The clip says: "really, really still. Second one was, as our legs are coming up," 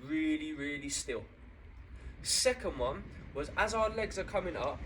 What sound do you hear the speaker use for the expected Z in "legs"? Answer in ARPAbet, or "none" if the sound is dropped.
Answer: Z